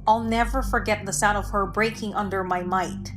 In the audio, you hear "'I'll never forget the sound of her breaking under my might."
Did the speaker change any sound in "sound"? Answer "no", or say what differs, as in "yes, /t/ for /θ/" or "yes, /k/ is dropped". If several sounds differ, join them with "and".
yes, /n/ is dropped